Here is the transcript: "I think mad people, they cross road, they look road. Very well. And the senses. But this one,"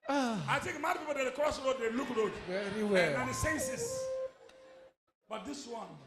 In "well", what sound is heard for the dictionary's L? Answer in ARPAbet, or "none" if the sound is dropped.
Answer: N